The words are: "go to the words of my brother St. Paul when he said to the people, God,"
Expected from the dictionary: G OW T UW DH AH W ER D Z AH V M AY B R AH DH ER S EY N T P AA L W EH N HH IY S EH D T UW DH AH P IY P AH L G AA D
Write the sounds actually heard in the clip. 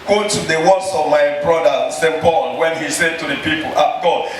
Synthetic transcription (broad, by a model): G OW T UW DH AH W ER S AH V M AY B R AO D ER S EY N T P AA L W EH N HH IY S EH D T UW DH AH P IY P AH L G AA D